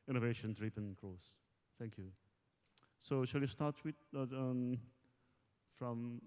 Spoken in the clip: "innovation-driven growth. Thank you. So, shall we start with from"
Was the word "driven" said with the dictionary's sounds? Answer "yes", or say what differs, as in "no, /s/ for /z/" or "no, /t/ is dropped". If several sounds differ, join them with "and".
no, /p/ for /v/